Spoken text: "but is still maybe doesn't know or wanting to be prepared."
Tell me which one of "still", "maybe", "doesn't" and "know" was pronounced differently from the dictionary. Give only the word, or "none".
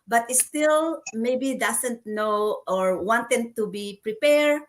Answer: doesn't